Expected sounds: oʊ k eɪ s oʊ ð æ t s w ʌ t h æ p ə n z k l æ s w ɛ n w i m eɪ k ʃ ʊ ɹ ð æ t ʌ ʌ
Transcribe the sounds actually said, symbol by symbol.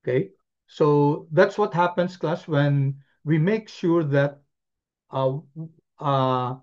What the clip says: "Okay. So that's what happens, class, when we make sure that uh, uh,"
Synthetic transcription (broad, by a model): k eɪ s oʊ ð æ t s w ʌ t h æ p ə n s k l æ s w ɛ n w i m eɪ k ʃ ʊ ɹ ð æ t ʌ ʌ